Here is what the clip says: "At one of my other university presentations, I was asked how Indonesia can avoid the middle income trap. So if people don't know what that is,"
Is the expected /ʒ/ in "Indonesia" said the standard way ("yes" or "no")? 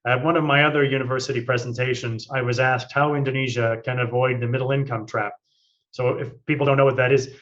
yes